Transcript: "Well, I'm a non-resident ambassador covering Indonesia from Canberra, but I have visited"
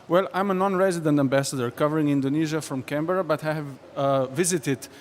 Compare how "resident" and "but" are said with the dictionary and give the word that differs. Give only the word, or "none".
none